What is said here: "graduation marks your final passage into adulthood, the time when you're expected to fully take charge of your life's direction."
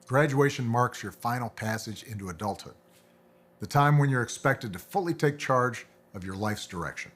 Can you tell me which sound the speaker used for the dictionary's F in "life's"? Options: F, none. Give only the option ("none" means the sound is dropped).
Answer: F